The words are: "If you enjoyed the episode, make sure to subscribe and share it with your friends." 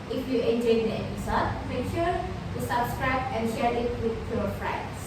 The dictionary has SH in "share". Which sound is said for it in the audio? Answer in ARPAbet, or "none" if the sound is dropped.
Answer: SH